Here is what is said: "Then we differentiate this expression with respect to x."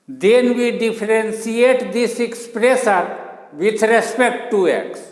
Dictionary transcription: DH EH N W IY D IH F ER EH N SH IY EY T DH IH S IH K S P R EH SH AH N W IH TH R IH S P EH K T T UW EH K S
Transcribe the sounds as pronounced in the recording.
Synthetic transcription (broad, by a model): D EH N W IY D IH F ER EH N S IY EY T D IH S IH K S P R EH S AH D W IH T R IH S P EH K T T UW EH K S